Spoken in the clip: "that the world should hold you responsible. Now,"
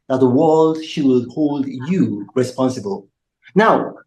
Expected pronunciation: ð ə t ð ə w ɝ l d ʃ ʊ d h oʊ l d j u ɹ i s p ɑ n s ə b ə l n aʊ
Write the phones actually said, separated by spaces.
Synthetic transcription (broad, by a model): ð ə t ð ə w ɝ l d ʃ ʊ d h oʊ l d j u ɹ i s p ɑ n s ə b ə l n aʊ